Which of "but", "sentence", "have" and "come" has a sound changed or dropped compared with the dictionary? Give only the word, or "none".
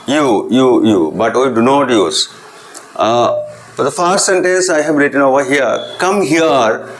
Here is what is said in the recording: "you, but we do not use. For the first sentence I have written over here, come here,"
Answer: have